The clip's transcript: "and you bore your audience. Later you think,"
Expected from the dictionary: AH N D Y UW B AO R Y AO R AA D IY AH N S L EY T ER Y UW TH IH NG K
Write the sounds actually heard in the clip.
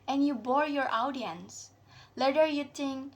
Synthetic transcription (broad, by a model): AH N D Y UW B AO R Y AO R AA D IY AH N S L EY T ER Y UW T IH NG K